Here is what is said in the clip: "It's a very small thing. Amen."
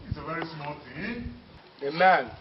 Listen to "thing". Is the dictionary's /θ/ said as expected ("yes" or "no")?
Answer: no